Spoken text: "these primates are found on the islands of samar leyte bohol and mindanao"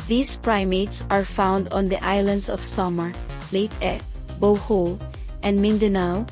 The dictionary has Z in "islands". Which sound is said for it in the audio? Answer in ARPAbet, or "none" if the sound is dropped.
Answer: S